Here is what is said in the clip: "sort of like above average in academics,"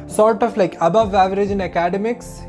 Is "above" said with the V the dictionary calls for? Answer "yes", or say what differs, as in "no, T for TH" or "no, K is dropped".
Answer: yes